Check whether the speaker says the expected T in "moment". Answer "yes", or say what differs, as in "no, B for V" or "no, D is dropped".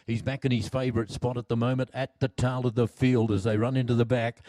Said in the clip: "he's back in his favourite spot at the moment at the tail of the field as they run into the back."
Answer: yes